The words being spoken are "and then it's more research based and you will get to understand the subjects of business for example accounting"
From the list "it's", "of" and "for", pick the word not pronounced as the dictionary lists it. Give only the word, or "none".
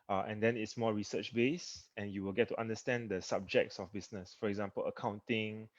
of